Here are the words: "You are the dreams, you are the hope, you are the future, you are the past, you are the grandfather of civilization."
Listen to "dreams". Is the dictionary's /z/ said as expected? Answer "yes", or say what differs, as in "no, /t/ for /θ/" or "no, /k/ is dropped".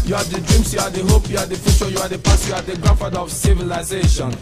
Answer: no, /s/ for /z/